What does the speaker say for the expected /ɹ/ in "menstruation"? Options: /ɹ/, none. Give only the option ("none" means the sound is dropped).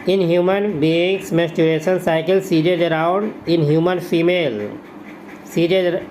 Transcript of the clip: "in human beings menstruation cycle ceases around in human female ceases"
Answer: none